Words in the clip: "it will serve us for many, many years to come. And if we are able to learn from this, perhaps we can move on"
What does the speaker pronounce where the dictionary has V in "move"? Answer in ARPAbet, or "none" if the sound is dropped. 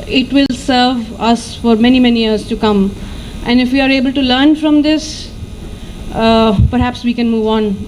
V